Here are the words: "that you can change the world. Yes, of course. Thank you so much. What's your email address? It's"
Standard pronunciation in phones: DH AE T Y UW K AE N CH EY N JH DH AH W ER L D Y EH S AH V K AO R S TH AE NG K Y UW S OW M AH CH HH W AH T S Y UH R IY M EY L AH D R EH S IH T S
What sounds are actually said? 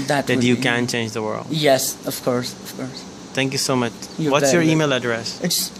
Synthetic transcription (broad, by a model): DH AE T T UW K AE N CH EY N JH DH AH W ER L D Y EH S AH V K AO R S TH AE NG K Y UW S OW M AH CH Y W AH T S Y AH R IY M EY L AH D R EH S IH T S